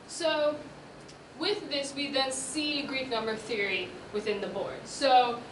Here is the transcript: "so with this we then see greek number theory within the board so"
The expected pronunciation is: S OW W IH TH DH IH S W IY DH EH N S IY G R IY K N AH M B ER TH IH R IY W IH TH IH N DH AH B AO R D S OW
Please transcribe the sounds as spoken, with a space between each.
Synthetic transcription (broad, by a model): S OW W IH DH IH S W IY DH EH N S IY G R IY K N AH M B ER TH IH R IY W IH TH IH N DH AH B AO R D S OW